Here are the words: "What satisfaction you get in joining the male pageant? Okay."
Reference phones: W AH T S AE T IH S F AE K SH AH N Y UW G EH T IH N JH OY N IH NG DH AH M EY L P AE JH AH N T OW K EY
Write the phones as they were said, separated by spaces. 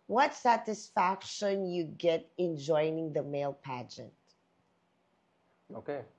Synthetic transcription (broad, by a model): W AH T S AE T IH S F AE K SH AH N Y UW G EH T IH N JH OY N IH NG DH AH M EY L P AE JH AH N T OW K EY